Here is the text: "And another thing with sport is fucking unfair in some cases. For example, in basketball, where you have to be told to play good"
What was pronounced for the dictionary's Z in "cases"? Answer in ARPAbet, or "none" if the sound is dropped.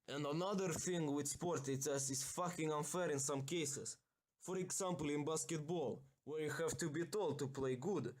S